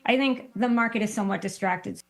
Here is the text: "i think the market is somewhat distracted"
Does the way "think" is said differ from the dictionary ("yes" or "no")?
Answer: no